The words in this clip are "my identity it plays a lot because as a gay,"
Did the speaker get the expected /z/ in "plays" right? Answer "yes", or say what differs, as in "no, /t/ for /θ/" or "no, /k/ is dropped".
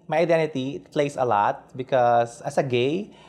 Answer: no, /s/ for /z/